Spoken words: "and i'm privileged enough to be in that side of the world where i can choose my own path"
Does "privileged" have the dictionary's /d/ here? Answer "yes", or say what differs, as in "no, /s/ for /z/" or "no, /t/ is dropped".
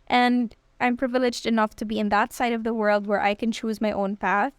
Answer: yes